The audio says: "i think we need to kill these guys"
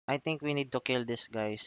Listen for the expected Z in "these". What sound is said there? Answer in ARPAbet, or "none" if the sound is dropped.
S